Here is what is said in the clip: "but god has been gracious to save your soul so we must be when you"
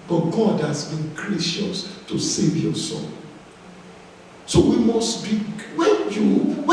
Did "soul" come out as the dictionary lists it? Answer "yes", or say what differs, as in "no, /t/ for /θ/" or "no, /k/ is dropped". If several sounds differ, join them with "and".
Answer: no, /n/ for /l/